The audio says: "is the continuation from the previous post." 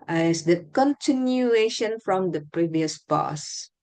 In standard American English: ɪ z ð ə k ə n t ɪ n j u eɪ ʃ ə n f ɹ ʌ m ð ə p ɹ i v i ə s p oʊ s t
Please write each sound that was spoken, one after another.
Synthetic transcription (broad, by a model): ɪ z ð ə k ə n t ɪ n j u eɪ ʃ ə n f ɹ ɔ m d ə p ɹ i v i ə s p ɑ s